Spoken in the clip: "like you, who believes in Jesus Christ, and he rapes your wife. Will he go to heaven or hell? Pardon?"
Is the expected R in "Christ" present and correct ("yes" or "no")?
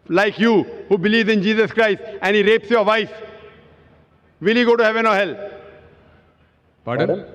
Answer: yes